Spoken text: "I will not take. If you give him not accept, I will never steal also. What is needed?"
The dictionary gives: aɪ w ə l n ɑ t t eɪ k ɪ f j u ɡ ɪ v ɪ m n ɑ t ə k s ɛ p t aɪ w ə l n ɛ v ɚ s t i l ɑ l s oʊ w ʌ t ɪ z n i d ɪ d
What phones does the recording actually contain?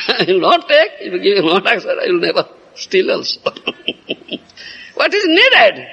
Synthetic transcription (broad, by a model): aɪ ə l n ɑ t t eɪ k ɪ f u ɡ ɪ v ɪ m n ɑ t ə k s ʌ t aɪ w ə l n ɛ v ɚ s t i l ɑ l s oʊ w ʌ t ɪ z n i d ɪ d